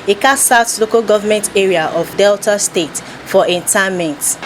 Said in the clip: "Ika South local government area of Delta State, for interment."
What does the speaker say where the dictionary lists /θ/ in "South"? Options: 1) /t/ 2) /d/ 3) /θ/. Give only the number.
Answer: 1